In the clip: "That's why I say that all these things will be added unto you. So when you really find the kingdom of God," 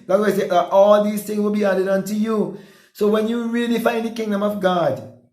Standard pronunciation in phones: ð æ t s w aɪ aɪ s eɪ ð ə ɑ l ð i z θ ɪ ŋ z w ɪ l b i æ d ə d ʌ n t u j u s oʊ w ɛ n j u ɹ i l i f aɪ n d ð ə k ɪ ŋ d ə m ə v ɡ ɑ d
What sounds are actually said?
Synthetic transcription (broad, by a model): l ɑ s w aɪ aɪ s eɪ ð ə ɑ l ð i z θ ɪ ŋ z w ɪ l b i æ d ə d ʌ n t u j u s oʊ w ɛ n j u ɹ i l i f aɪ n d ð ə k ɪ ŋ d ə m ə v ɡ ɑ d